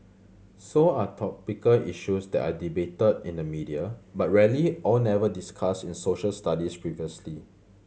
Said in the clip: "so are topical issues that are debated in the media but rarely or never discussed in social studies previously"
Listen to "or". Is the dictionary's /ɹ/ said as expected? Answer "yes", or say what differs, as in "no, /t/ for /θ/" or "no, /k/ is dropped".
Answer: no, /l/ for /ɹ/